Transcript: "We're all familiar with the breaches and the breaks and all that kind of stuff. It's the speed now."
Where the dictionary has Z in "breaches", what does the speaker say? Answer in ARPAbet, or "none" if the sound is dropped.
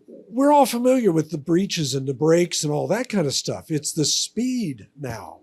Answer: Z